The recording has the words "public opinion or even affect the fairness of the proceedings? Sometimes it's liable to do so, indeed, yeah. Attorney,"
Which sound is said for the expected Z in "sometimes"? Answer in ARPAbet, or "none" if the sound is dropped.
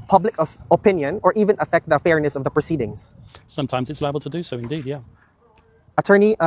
Z